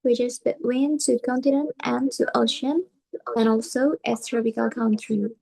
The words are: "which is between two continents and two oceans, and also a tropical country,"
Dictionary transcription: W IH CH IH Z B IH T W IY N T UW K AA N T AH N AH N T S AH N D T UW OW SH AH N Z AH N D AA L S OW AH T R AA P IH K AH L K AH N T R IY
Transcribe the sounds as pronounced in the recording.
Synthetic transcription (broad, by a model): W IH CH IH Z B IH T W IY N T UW K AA N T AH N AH N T AH N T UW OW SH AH N AH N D AA L S OW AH T R AA P IH K AH L K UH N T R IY